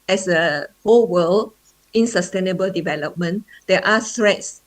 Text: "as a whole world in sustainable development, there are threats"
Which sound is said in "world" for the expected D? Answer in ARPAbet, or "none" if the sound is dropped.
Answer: none